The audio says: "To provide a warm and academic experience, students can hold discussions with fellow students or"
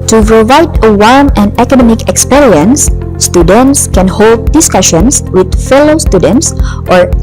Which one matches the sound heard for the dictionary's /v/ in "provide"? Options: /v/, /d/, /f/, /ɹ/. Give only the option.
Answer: /v/